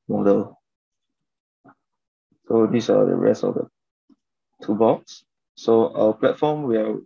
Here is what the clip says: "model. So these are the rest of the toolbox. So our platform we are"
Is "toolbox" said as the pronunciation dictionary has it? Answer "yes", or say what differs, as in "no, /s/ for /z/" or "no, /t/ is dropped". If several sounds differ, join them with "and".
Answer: no, /l/ is dropped